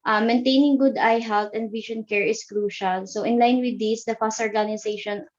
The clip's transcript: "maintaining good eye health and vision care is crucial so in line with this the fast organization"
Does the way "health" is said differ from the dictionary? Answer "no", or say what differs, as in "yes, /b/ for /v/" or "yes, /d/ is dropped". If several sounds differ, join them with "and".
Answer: yes, /t/ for /θ/